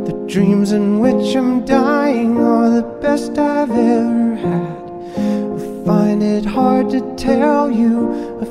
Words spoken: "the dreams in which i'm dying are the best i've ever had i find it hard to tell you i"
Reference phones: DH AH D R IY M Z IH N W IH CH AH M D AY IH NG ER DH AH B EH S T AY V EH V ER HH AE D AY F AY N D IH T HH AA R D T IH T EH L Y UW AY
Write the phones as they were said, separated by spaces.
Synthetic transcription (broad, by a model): DH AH D R IY M Z IH N W IH CH AH M D AY IH NG ER DH AH B EH S T AY V EH V ER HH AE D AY F AY N D IH T HH AA R D T IH T EH L Y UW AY